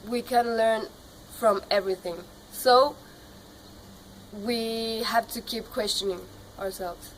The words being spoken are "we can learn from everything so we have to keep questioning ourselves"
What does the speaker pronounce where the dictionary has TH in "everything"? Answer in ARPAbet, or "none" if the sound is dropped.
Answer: TH